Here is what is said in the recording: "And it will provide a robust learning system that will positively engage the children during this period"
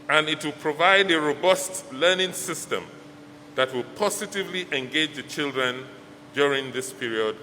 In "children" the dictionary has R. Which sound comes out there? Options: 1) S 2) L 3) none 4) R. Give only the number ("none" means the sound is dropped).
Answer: 4